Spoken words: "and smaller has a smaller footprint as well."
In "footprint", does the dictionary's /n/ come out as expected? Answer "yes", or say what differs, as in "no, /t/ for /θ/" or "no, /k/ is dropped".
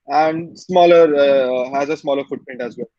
yes